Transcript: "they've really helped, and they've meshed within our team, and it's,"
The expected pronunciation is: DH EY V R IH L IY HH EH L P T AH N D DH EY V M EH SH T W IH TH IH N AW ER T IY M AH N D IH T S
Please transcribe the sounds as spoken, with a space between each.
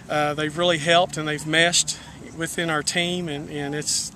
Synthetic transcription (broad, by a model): DH EY V R IH L IY HH EH L P T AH N DH EY V M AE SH T W IH TH IH N AW ER T IY M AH N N IH T S